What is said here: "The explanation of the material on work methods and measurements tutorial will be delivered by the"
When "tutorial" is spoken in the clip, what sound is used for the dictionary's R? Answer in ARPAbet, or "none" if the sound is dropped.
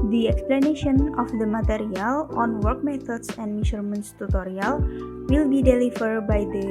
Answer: R